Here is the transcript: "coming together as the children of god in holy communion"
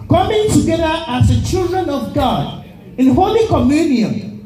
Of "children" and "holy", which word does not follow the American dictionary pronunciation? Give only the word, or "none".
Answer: none